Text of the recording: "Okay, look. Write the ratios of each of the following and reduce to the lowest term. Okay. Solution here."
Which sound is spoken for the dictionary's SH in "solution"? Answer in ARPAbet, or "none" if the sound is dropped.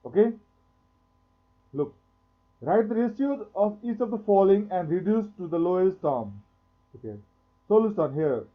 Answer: S